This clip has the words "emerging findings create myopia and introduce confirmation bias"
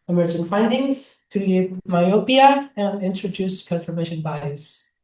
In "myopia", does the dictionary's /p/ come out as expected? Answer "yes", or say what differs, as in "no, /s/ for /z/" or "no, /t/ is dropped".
yes